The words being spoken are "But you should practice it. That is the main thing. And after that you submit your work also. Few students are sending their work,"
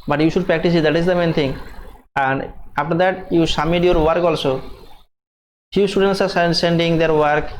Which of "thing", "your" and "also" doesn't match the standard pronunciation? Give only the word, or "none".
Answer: thing